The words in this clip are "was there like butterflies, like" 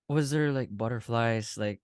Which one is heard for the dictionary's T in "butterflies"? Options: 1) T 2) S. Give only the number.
1